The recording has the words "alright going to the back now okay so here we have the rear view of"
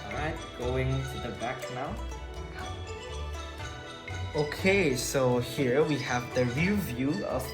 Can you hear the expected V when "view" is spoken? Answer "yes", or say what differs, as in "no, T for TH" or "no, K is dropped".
yes